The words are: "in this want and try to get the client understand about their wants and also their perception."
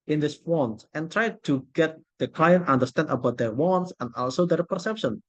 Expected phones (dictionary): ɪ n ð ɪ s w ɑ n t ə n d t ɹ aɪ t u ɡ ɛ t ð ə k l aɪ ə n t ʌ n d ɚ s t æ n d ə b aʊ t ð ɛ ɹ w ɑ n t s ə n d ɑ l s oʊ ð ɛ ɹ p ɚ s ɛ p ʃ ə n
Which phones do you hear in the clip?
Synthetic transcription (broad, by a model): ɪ n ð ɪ s w ɑ n t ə n t ɹ aɪ t u ɡ ɛ t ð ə k l aɪ ə n t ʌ n d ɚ s t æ n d ə b aʊ t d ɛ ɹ w ɑ n t s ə n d ɑ l s oʊ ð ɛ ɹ p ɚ s ɛ p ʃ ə n